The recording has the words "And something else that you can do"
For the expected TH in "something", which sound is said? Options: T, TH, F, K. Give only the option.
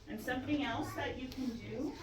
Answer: TH